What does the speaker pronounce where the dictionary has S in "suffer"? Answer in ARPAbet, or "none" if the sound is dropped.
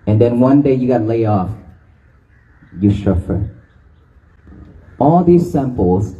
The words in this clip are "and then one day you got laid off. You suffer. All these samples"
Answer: SH